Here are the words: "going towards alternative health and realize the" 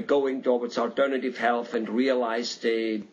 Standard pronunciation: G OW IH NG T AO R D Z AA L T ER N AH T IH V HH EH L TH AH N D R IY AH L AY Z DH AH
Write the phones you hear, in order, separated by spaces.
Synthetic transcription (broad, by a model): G OW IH NG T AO W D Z AA L T ER N AH T IH V HH EH L TH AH N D R IY AH L AY Z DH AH